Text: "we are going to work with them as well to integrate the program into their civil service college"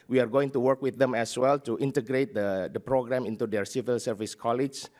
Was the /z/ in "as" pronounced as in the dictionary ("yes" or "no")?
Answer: no